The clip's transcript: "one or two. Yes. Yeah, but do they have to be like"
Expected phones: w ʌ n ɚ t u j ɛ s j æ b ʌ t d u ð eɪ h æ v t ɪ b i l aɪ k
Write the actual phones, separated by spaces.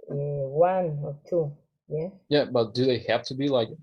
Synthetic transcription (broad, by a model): w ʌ n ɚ t u j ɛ j æ b ʌ t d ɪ ð eɪ h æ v t ɪ b i l aɪ k